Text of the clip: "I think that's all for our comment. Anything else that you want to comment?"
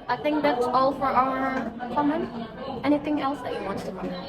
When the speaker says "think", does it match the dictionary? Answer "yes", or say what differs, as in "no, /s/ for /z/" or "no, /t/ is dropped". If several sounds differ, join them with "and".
yes